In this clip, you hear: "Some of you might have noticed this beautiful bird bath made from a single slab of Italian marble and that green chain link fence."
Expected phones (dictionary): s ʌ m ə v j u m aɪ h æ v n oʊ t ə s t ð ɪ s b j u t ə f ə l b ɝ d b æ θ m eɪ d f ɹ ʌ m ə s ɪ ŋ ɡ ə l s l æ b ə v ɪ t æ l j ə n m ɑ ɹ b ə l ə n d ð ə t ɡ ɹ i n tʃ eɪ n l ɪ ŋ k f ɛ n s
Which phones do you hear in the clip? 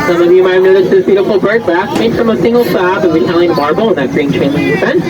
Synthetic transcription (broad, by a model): s ʌ m ə v j u m aɪ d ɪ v n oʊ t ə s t ð ɪ s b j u t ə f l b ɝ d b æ s m eɪ d f ɹ ʌ m ə s ɪ ŋ ɡ l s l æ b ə w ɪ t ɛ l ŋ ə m ɑ ɹ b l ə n ð ə t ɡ ɹ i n tʃ eɪ n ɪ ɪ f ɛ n